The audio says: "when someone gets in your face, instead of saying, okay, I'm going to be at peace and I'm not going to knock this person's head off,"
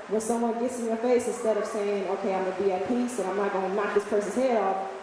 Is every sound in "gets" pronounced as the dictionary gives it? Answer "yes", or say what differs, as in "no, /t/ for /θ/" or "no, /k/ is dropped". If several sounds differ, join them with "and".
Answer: yes